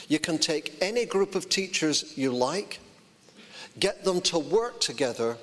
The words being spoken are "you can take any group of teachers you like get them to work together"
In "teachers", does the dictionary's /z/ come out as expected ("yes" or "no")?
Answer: yes